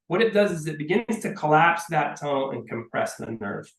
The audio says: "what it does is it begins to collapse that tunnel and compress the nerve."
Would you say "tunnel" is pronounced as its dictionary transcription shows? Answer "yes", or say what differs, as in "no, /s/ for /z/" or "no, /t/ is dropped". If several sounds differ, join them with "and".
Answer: no, /n/ is dropped and /n/ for /l/